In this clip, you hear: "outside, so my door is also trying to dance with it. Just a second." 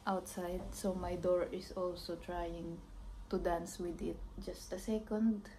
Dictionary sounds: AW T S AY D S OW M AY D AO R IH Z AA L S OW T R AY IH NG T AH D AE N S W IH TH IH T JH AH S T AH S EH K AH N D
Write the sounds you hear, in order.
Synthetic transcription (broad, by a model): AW T S AY D S OW M AY D AO R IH S AA L S OW T R AY IH NG T AH D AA N S W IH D IH T JH AH S T AH S EH K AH N D